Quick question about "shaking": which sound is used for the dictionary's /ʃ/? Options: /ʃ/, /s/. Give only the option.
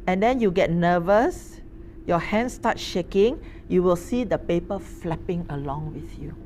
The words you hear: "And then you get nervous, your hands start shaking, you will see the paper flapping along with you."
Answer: /ʃ/